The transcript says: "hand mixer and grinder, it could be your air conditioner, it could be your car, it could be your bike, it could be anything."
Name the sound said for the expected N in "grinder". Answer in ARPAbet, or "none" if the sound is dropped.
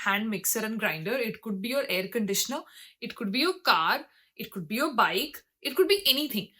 N